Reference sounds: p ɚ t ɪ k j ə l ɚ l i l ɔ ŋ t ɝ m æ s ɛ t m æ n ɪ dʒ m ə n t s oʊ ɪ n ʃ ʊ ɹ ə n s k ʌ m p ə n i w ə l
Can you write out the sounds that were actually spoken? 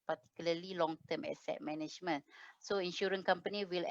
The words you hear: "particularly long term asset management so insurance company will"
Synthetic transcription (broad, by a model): p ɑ t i k j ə l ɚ l i l ɔ ŋ t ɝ m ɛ s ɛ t m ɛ n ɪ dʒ m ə n s oʊ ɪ n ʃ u ɹ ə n k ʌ m p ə n i w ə l